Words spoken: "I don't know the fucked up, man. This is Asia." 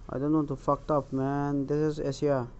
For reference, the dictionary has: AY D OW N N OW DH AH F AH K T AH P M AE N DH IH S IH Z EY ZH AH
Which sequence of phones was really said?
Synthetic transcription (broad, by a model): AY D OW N N OW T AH F AH K T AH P M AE N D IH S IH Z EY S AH